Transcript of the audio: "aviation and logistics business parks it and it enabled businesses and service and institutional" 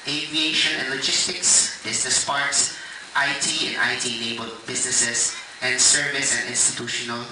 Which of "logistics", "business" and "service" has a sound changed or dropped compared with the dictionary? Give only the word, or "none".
business